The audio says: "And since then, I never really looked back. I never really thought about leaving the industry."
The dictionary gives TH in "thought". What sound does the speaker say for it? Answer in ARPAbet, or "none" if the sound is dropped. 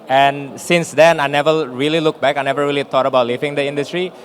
T